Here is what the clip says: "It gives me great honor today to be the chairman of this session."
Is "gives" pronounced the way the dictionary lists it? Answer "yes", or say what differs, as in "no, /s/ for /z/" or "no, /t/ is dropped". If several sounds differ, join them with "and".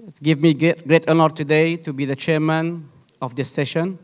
no, /z/ is dropped